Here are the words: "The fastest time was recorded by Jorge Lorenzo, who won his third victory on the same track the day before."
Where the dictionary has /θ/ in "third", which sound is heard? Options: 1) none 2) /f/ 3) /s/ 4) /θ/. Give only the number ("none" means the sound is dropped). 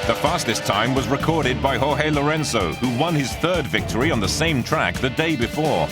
4